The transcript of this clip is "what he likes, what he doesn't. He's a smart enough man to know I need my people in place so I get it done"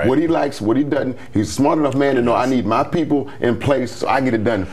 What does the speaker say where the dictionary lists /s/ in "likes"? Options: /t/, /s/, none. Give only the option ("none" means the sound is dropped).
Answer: /s/